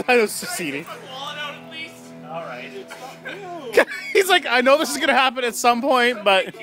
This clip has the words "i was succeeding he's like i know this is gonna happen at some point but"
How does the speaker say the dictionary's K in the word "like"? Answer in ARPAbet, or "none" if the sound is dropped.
K